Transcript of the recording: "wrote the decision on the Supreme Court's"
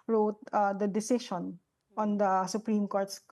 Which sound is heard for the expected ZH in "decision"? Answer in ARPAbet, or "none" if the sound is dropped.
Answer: SH